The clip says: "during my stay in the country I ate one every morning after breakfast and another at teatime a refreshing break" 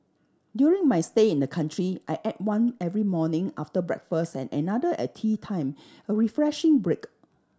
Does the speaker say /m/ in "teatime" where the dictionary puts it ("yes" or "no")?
yes